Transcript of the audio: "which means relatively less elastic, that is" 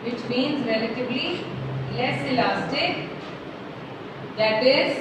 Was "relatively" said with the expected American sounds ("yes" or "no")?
no